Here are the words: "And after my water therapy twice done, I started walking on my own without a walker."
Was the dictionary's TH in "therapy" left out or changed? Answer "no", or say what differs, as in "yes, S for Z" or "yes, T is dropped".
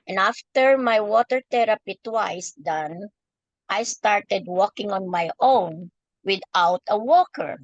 yes, T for TH